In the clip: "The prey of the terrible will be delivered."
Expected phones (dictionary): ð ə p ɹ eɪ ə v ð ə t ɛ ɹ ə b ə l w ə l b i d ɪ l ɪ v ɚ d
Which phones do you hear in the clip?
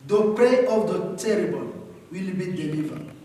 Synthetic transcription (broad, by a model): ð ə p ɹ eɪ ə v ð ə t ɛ ɹ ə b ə n w ə l b i d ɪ l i v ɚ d